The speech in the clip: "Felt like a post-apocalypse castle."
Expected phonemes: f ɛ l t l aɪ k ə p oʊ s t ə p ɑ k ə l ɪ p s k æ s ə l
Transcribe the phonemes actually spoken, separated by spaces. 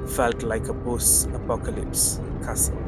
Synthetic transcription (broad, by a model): f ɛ l t l aɪ k ə b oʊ s ə p ɑ k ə l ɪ p s k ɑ s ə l